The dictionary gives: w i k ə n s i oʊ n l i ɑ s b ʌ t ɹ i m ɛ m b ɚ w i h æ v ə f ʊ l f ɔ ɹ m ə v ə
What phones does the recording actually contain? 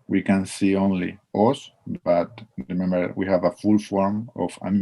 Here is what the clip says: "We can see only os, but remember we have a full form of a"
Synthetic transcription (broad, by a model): w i k ə n s i oʊ n l i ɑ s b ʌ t ɹ i m ɛ m b ɚ w i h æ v ə f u l f ɔ ɹ m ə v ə